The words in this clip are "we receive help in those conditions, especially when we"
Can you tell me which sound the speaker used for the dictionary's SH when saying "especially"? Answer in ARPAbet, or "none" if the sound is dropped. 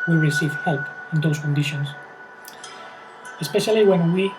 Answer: SH